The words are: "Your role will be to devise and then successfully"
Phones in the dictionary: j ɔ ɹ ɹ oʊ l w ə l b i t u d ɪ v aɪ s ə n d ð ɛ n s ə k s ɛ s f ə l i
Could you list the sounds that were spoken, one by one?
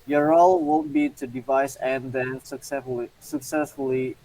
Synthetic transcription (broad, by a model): j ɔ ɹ ɹ oʊ l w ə n b i t u d ɪ v aɪ s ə n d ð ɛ n s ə k s ɛ s f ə l i